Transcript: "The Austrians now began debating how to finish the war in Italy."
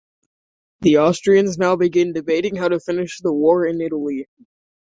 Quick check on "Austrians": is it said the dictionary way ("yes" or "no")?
yes